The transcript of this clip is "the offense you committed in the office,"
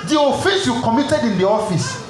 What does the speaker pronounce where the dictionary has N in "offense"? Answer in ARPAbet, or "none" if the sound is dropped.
none